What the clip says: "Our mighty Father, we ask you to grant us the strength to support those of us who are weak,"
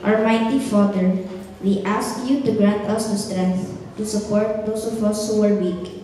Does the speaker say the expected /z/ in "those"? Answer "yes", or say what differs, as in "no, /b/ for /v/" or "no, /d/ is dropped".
no, /s/ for /z/